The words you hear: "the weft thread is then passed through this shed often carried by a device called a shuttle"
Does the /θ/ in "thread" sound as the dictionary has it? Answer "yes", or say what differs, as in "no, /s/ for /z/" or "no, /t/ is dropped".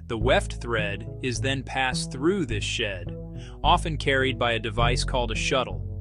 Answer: yes